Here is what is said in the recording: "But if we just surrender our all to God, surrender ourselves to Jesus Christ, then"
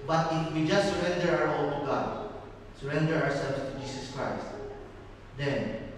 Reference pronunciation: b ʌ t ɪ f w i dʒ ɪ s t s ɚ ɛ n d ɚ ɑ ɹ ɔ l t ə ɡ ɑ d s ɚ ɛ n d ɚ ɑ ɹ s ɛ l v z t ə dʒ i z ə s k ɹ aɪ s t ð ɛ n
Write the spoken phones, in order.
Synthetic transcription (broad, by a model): b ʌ t ɪ f w i dʒ ɪ s t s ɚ ɛ n d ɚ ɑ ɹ ɔ l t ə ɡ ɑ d s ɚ ɛ n d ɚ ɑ ɹ s ɛ l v s t ə dʒ i s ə s k ɹ aɪ s t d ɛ n